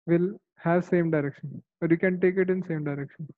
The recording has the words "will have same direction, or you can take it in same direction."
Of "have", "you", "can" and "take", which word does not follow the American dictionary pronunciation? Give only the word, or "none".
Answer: none